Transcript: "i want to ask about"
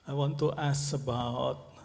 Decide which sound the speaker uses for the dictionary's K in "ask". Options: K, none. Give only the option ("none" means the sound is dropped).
none